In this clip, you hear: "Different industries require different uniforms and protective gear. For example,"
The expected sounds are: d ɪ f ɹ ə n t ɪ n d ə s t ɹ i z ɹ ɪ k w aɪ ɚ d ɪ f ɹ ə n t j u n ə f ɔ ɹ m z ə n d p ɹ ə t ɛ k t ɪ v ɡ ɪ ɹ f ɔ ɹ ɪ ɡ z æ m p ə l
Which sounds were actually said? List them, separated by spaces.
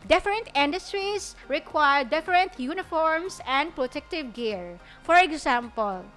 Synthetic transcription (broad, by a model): d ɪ f ɹ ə n t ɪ n d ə s t ɹ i s ɹ ɪ k w aɪ ɚ d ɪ f ɹ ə n t j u n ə f ɔ ɹ m s ə n d p ɹ ə t ɛ k t ɪ v ɡ ɪ ɹ f ɔ ɹ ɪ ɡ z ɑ m p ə l